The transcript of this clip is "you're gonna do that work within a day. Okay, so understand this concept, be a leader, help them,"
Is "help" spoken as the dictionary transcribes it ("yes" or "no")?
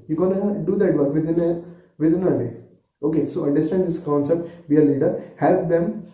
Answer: yes